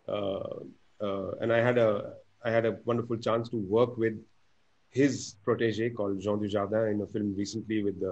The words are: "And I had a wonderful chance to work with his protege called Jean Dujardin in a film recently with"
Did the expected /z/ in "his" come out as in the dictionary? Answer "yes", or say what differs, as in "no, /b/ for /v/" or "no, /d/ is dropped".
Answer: yes